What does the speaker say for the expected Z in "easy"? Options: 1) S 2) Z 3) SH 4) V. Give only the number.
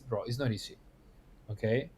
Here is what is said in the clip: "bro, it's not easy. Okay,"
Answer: 1